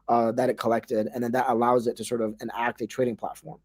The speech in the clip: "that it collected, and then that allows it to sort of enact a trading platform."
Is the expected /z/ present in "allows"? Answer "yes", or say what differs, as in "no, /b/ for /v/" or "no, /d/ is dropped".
yes